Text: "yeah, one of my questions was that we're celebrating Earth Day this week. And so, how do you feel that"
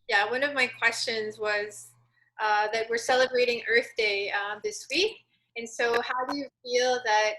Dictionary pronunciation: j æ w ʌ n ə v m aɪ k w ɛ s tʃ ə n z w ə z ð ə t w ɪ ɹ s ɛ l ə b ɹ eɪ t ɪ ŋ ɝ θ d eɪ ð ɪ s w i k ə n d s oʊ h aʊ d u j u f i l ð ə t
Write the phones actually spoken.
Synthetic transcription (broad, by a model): j æ w ʌ n ə v m aɪ k w ɛ s tʃ ə n z w ə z ð ə t w ɪ ɹ s ɛ l ə b ɹ eɪ t ɪ ŋ ɝ θ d eɪ ð ɪ s w i k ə n s oʊ h aʊ d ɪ j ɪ f i l ð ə t